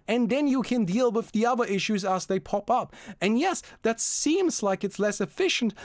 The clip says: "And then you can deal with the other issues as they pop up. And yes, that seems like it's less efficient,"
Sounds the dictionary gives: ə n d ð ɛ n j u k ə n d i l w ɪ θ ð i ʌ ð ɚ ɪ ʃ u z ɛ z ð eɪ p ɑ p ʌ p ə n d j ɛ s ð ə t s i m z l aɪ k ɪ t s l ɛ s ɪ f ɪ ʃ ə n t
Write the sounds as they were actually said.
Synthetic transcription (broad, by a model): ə n ð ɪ n j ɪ k ə n d i l w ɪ ð i ʌ ð ɚ ɪ ʃ u z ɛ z ð eɪ p ɑ p ʌ p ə n j ɛ s ð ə t s i m z l aɪ k ɪ t s l ɛ s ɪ f ɪ ʃ n t